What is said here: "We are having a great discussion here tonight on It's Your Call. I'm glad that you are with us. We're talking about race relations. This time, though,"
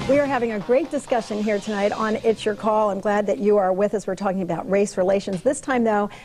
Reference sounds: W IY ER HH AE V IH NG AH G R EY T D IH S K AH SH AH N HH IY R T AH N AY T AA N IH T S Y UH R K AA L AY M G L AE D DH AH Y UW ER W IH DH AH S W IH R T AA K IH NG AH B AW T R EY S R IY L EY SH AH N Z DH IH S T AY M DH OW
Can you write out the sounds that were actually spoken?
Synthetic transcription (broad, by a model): W IY ER HH AE V IH NG AH G R EY T D IH S K AH SH AH N HH IY R T AH N AY T N IH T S Y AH R K AA L AY M G L AE D DH AH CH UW ER W IH DH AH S W IH R T AA K IH NG AH B AW T R EY S R IY L EY SH AH N Z DH IH S T AY M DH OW